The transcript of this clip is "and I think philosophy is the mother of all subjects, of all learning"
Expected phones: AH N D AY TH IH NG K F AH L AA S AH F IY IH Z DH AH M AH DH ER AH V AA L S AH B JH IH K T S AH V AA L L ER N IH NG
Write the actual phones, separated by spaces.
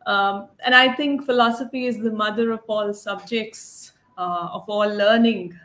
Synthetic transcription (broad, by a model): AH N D AY T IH NG K F AH L AA S AH F IY IH Z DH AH M AH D ER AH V AA L S AH B JH IH K T S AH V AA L L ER N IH NG